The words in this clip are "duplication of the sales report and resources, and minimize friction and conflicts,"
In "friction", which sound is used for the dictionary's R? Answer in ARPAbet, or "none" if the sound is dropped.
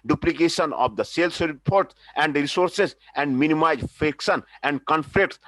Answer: none